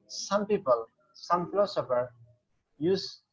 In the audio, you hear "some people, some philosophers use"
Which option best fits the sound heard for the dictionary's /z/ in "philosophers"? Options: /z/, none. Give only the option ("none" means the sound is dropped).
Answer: none